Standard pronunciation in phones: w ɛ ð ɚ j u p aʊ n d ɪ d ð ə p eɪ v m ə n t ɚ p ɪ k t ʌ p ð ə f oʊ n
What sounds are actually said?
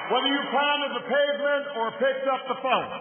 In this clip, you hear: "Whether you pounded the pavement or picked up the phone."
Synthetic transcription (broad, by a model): w ɛ ð ɚ j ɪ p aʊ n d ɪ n ð ə p eɪ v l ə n ɚ p ɪ k t ʌ p ð ə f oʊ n